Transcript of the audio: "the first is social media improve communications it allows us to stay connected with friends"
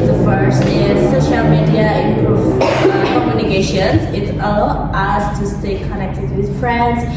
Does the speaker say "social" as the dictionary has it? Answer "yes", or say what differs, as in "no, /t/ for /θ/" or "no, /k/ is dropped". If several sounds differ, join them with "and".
yes